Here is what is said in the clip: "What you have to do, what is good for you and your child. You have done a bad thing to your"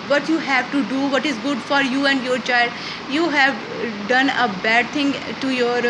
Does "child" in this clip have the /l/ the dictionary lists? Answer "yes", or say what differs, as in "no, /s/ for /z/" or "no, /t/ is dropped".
yes